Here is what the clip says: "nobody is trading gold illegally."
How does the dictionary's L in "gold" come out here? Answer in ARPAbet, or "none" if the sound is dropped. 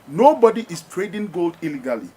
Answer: L